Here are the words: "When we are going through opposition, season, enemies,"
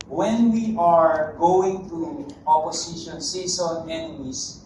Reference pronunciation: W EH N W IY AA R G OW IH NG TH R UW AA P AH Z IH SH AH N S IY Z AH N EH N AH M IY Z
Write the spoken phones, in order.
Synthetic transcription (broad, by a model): W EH N W IY AA R G OW IH NG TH R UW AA P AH S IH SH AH N S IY S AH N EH N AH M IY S